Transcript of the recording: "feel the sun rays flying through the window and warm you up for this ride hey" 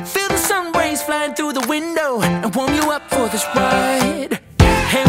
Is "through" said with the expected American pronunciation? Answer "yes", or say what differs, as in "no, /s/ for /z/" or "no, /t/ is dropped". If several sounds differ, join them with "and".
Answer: yes